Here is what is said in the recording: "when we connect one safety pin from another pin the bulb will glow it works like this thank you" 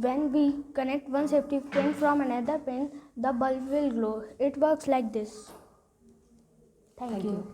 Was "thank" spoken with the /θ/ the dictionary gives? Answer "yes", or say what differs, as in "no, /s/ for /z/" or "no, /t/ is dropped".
no, /t/ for /θ/